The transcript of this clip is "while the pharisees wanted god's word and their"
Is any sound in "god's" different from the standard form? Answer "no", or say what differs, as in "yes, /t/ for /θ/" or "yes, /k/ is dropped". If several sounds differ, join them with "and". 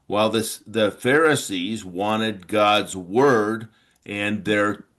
no